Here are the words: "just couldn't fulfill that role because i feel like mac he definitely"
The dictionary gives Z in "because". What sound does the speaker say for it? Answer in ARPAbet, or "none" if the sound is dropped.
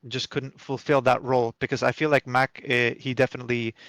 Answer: Z